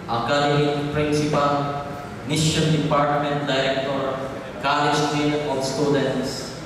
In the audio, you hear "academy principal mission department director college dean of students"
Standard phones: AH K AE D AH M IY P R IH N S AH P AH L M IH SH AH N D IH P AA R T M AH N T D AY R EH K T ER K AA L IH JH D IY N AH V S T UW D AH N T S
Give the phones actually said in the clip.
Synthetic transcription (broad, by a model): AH K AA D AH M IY P R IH N S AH P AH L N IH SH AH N D IH P AA R T M AH N T D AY R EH K T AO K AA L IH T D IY AH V S T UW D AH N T S